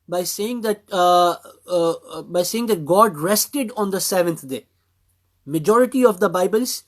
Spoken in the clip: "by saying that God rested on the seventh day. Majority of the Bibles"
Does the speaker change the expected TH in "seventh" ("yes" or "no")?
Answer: yes